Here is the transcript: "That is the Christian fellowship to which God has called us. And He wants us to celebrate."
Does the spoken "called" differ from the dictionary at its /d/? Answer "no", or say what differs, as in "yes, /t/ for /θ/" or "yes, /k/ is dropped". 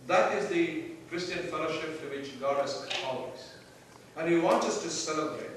yes, /d/ is dropped